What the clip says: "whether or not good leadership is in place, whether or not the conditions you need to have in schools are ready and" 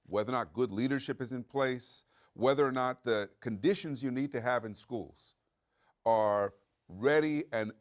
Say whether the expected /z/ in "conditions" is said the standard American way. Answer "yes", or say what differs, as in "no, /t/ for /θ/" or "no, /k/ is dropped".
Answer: yes